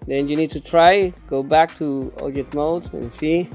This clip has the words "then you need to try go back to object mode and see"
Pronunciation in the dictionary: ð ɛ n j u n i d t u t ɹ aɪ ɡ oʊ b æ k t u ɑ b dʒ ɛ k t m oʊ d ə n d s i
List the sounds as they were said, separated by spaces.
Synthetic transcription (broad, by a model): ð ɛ n j u n i d t u t ɹ aɪ ɡ oʊ b æ k t u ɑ dʒ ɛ t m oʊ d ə n s i